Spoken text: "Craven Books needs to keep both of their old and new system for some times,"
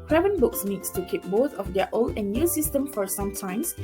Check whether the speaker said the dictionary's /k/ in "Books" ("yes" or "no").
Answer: yes